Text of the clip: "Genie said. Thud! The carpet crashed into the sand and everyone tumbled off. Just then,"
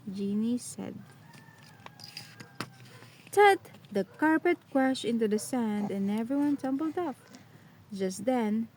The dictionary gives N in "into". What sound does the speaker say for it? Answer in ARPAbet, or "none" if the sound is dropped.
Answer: N